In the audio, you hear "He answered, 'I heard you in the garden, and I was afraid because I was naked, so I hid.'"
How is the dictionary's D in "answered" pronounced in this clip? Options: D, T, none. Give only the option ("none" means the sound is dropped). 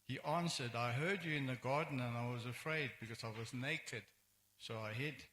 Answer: D